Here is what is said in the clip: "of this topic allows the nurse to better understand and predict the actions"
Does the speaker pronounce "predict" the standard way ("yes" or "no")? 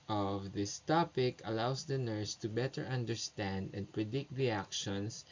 yes